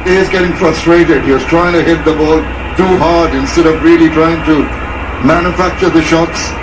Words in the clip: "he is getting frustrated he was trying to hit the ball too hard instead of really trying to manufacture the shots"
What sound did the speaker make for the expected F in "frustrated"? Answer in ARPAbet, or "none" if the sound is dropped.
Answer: F